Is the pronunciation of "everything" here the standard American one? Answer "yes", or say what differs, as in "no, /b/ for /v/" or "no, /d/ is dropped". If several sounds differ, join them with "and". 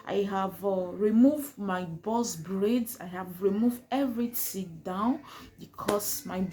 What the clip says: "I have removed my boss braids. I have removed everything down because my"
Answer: no, /t/ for /θ/